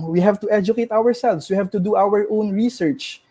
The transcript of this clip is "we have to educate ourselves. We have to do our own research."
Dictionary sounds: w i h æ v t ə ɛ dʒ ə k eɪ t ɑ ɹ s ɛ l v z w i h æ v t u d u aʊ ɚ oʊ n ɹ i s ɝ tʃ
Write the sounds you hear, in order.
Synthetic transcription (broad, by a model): w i h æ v t ə ɛ dʒ ə k eɪ t ɑ ɹ s ɛ l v s w i h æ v t u d u aʊ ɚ oʊ n ɹ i s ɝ tʃ